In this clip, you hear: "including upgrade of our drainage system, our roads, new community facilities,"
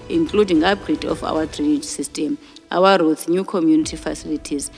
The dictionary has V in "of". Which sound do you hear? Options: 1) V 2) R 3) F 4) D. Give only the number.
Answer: 3